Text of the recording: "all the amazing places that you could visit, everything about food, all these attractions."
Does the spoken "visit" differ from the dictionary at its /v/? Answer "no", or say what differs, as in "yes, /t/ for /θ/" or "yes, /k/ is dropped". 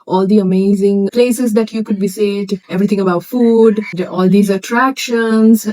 yes, /b/ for /v/